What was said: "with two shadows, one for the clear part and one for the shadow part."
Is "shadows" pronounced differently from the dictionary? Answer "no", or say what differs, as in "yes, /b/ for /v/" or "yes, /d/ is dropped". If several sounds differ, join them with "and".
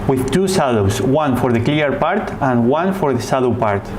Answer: yes, /s/ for /ʃ/ and /s/ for /z/